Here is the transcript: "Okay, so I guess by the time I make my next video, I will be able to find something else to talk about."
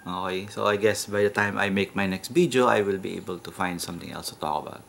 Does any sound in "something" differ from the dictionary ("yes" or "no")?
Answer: yes